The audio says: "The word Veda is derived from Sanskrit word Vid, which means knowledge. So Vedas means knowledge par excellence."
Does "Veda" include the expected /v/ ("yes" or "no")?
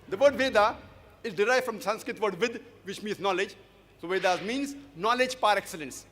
yes